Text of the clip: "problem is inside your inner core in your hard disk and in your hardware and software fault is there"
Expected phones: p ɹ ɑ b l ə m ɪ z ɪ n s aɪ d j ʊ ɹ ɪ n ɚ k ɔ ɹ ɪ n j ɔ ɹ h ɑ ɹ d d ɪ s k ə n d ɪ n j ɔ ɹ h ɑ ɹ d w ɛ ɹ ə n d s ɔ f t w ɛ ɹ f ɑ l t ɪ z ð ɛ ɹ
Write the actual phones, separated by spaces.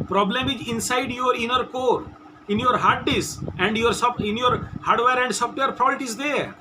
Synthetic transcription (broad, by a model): p ɹ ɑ b l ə m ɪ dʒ ɪ n s aɪ d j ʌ ɹ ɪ n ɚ k ɔ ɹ ɪ n j ɔ ɹ h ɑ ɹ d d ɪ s ə n d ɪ n j ɔ ɹ h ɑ ɹ d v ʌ ɹ ə n d s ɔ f t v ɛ ɹ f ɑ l t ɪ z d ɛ ɹ